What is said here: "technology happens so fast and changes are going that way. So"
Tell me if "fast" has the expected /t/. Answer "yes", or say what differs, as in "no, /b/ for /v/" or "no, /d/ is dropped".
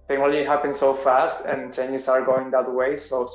yes